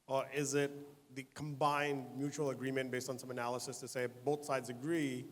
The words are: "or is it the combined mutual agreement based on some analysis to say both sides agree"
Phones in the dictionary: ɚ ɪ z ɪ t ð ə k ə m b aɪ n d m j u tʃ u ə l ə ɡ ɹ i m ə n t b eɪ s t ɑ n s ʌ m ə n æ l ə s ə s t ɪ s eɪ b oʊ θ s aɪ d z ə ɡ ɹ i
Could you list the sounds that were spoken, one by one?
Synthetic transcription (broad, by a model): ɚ ɪ z ɪ t ð ə k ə m b aɪ n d m j u tʃ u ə l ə ɡ ɹ i m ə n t b eɪ s t n s ʌ m ə n æ l ə s ə s t ɪ s eɪ b oʊ θ s aɪ d z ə ɡ ɹ i